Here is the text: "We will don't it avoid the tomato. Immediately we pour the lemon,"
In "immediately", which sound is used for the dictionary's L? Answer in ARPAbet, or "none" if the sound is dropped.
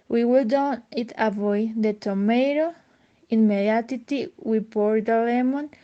none